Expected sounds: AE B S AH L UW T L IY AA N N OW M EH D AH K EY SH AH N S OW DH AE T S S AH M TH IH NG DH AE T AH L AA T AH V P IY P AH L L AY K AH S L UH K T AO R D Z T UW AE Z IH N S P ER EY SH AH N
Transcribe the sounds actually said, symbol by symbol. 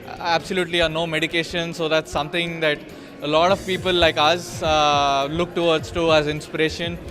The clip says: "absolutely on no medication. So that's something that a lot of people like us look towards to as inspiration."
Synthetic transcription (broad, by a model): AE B S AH L UW T L IY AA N N OW M EH D AH K EY SH AH N S OW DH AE T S S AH M T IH NG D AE T AH L AA T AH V P IY P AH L L AY K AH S L UH K T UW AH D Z T UW AE Z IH N S P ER EY SH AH N